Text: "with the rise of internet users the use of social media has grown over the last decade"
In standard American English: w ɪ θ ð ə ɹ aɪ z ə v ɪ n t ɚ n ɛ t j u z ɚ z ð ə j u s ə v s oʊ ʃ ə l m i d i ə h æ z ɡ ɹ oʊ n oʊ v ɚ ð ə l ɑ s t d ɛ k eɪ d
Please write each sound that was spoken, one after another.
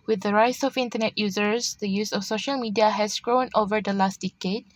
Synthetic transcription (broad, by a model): w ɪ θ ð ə ɹ aɪ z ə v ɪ n t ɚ n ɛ t j u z ɚ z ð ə j u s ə f s oʊ ʃ ə l m i d i ə h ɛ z ɡ ɹ oʊ n oʊ v ɚ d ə l ɑ s t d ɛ k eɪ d